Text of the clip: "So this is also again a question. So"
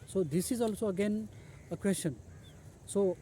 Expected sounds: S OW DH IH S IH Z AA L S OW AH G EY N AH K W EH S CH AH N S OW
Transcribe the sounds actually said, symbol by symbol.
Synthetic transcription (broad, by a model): S OW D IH S IH Z AA L S OW AH G EY N AH K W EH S SH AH N S OW